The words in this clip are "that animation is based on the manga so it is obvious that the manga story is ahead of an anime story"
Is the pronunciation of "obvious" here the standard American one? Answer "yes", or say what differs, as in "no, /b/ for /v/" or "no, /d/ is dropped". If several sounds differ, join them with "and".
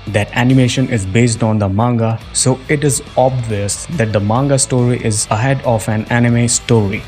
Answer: yes